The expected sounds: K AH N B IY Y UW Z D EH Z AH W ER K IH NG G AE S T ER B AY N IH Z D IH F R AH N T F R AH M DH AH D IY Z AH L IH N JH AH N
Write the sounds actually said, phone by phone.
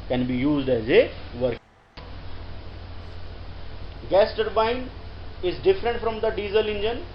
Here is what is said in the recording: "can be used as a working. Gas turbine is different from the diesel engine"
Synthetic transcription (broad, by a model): K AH N B IY Y UW Z D EH Z AH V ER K G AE S T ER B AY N IH Z D IH F R AH N T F R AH M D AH D IY Z AH L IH N JH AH N